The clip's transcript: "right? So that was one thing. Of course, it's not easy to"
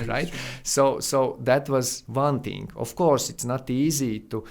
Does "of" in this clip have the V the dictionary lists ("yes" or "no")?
no